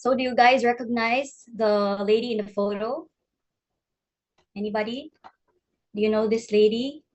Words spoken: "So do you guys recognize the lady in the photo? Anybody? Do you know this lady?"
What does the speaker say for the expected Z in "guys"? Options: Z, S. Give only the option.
Z